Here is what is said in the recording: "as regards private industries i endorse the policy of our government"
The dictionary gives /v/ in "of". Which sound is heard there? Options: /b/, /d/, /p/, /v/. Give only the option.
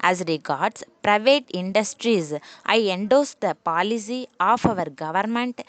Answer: /v/